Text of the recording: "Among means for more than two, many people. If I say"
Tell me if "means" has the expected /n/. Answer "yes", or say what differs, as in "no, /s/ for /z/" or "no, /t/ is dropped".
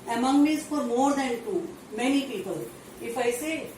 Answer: no, /n/ is dropped